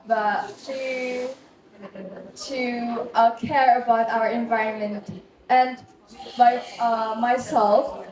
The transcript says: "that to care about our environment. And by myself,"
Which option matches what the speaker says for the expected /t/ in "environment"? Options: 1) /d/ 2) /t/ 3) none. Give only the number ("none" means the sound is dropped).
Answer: 2